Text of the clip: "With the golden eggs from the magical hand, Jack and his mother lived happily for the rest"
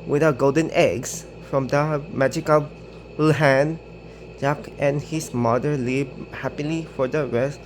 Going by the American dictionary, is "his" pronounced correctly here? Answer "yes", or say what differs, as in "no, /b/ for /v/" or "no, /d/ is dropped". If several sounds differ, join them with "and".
no, /s/ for /z/